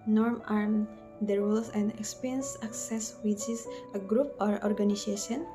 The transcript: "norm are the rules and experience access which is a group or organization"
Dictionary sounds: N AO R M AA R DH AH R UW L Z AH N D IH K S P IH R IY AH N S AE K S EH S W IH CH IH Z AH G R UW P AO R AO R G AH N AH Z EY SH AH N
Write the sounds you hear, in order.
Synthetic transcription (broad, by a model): N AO R M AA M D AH R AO Z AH N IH K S P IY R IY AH N S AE K S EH S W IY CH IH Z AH G R UW P AO R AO R G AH N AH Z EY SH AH N